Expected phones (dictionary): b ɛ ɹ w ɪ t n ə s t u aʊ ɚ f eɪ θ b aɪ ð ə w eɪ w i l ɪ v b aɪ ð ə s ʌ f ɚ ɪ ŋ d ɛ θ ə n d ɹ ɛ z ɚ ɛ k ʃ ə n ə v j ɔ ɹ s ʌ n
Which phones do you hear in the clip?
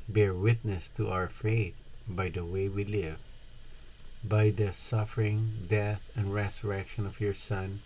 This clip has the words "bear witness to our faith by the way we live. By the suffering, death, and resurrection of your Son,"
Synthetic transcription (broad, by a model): b ɛ ɹ w ɪ t n ə s t u aʊ ɚ f eɪ t b aɪ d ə w eɪ w i l ɪ v b aɪ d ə s ʌ f ɚ ɪ ŋ d ɛ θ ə n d ɹ ɛ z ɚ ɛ k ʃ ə n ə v j ɔ ɹ s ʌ n